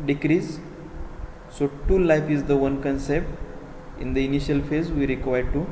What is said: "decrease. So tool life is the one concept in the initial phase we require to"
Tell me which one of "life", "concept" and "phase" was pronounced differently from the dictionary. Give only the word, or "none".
none